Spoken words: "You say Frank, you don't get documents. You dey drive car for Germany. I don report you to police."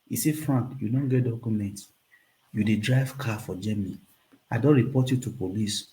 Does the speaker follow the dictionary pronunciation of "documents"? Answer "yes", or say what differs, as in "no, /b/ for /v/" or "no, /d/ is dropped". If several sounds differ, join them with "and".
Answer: no, /s/ is dropped